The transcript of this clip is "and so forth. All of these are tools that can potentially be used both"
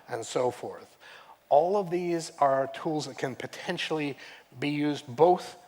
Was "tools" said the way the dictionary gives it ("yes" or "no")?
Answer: yes